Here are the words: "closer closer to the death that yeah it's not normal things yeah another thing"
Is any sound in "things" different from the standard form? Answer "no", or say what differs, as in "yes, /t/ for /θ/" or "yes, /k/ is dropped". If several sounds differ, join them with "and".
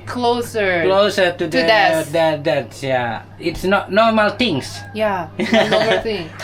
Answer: yes, /t/ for /θ/ and /s/ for /z/